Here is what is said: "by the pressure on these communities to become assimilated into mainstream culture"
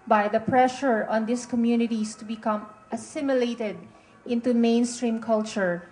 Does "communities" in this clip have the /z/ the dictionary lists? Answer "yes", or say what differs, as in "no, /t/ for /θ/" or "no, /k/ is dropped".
no, /s/ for /z/